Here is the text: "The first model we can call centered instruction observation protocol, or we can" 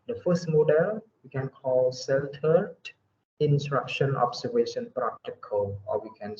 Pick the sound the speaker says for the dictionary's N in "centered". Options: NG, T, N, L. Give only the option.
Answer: L